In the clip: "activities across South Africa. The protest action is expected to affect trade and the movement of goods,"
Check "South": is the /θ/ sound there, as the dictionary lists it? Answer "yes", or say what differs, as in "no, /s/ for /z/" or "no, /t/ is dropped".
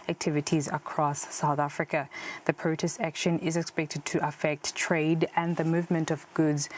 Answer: yes